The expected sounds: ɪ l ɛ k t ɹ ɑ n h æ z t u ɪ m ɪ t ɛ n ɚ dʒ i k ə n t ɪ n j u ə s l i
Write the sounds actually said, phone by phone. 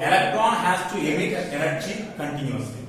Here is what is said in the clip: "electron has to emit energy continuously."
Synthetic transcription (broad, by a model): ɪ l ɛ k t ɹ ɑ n h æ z t u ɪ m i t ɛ l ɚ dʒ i k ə n t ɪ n j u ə s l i